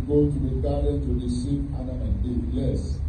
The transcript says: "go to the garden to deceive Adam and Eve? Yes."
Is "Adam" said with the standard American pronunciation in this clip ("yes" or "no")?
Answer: no